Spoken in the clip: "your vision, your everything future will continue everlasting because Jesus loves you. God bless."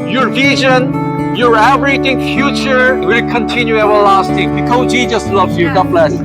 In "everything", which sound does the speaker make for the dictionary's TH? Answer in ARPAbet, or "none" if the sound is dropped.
T